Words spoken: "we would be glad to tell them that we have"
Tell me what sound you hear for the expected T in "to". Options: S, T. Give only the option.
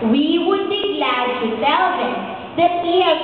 T